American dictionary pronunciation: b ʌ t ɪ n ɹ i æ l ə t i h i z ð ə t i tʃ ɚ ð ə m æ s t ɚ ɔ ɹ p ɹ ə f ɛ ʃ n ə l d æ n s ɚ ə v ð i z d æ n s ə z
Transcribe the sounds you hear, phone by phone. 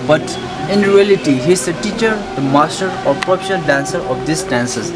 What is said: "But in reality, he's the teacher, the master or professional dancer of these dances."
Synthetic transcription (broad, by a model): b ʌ t ɪ n ɹ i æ l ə t i h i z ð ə t i tʃ ɚ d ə m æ s t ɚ ɔ ɹ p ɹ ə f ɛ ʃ ə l d æ n s ɚ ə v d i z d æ n s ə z